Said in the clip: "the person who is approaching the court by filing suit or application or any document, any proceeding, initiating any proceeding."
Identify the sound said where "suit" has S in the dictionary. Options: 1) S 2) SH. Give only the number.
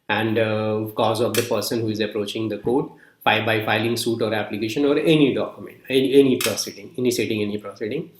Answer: 1